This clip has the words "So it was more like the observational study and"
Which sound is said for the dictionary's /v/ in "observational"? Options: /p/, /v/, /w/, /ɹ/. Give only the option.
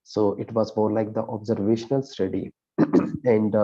/v/